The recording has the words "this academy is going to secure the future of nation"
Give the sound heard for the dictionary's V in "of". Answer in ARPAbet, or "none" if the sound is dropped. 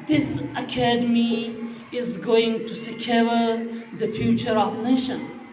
P